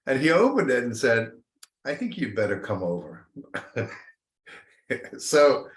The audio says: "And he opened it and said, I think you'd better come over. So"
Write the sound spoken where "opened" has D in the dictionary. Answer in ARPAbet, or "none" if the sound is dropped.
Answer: D